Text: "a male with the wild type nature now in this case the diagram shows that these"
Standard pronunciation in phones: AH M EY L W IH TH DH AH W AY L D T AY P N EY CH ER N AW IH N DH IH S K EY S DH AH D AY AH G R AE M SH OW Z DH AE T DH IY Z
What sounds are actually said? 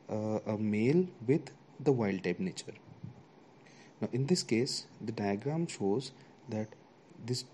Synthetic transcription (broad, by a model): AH M EY L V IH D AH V AY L D T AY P N EY CH ER N AW IH N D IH S K EY S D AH D AY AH G R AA M SH OW Z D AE T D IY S